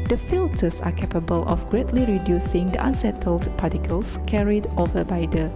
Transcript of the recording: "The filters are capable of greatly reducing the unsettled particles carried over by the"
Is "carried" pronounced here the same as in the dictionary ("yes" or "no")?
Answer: yes